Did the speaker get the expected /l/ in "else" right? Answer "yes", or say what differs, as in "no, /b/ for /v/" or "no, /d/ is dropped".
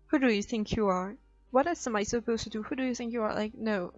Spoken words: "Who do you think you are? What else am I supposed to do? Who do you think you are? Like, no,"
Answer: no, /l/ is dropped